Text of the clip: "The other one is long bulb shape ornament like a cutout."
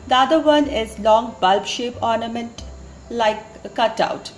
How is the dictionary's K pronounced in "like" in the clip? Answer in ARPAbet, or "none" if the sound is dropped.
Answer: none